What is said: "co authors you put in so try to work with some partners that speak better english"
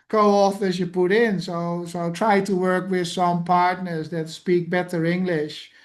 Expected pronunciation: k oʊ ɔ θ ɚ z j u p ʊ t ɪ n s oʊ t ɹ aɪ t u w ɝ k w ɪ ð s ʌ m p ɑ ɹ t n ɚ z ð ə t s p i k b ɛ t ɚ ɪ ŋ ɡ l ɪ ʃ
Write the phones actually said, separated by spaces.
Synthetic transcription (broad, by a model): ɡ oʊ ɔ f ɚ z j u p ʊ t ɪ n s oʊ t ɹ aɪ t u w ɝ k w ɪ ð s ʌ m p ɑ ɹ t n ɚ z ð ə t s p i k b ɛ t ɚ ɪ ŋ ɡ l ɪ ʃ